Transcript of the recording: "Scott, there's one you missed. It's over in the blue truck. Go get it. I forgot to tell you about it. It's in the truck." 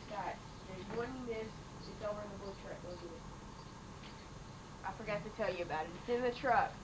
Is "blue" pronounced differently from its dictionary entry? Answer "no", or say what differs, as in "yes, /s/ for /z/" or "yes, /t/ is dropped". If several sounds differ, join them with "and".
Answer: yes, /l/ is dropped